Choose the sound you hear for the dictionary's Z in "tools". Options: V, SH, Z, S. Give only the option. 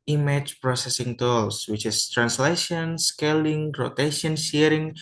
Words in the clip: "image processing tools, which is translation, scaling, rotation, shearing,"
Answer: S